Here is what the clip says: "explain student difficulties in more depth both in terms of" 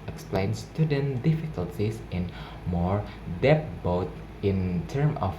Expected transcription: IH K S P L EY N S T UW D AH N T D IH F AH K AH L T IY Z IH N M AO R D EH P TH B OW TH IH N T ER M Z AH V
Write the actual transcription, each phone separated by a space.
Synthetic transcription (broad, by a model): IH K S P L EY N S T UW D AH N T D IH F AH K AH L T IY S IH N M AO R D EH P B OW T IH N T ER M AH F